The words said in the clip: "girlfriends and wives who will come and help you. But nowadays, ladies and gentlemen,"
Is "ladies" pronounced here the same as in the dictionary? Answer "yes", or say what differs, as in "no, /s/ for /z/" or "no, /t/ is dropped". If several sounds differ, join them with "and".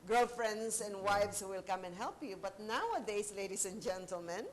no, /s/ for /z/